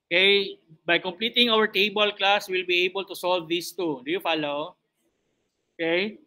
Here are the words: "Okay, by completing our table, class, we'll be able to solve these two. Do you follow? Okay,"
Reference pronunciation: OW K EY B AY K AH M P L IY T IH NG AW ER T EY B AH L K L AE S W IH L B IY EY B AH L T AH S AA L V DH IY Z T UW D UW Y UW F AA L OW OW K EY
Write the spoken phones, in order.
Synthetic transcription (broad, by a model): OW K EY B AY K AH M P L IY T IH NG AW ER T EY B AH L K L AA S W IH L B IY EY B AH L T AH S AA L V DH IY S T UW D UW Y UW F AA L OW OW K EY